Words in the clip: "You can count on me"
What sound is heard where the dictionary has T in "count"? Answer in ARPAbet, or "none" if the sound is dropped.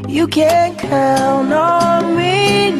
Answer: none